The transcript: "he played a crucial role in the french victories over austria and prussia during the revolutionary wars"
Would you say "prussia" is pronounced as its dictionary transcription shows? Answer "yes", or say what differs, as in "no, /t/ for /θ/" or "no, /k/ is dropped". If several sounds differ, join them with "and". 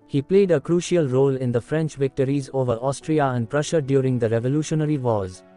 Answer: yes